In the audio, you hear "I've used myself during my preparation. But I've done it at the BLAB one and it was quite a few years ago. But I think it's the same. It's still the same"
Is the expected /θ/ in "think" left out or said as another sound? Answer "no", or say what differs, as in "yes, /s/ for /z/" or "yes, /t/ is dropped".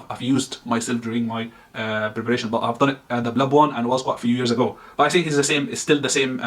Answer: yes, /s/ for /θ/